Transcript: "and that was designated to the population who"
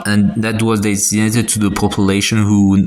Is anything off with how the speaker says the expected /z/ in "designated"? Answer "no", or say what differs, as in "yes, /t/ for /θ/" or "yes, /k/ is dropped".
yes, /s/ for /z/